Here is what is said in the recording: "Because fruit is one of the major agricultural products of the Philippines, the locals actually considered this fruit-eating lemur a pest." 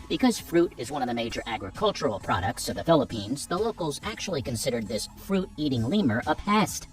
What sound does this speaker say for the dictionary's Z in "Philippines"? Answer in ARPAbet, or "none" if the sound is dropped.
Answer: Z